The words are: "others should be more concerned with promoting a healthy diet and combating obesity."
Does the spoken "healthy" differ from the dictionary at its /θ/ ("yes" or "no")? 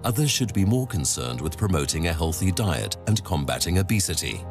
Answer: no